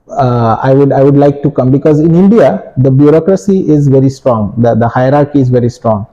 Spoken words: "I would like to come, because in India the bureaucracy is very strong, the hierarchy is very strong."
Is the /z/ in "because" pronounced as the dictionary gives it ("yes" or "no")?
yes